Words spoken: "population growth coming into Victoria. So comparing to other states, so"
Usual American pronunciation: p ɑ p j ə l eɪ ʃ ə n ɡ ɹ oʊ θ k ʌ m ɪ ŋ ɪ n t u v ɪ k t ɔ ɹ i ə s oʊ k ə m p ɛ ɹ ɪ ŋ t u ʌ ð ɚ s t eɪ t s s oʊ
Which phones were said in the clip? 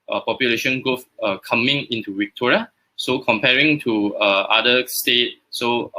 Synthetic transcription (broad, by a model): p ɑ p j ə l eɪ ʃ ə n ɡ oʊ f k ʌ m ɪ ŋ ɪ n t u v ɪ k t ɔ ɹ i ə s oʊ k ə m p ɛ ɹ ɪ ŋ t u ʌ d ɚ s t eɪ t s s oʊ